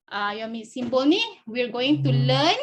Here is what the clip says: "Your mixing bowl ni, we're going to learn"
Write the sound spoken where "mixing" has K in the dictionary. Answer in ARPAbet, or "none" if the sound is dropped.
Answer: none